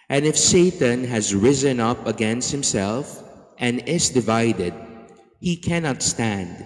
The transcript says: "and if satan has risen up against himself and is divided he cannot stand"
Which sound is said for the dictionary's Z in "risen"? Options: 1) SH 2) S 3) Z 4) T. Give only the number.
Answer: 3